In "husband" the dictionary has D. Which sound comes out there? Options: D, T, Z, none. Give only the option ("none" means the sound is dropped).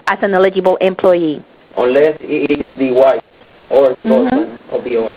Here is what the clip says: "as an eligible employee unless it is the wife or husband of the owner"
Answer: none